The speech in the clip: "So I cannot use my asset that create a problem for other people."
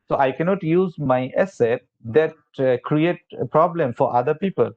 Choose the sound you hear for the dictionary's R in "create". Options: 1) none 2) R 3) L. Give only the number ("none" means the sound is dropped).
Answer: 2